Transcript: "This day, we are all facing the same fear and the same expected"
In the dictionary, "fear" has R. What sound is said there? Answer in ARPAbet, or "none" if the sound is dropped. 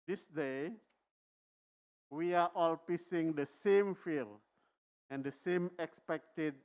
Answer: L